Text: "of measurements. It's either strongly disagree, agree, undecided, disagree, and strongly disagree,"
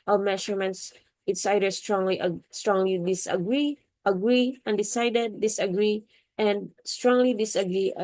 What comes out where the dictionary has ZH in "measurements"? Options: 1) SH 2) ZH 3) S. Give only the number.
1